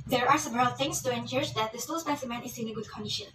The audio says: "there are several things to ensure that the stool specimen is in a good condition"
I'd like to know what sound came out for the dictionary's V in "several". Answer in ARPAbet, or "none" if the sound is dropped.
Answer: B